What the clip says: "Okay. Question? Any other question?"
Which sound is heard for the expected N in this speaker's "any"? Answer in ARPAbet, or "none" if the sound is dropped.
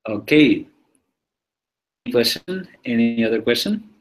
none